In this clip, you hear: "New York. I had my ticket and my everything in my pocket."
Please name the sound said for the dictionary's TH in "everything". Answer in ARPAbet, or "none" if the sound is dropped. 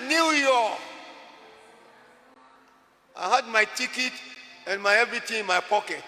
T